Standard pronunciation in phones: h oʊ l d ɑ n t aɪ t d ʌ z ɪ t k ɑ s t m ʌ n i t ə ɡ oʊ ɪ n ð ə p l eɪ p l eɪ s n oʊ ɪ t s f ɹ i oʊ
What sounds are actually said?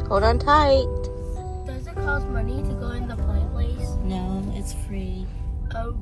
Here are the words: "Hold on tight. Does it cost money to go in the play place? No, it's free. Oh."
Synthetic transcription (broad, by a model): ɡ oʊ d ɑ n t aɪ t d ʌ z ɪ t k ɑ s m ʌ n i t ə ɡ oʊ ɪ n ð ə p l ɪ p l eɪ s n oʊ ɪ t s f ɹ i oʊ